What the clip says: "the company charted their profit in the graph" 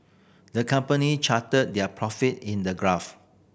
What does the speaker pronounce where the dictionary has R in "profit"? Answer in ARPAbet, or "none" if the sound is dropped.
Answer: R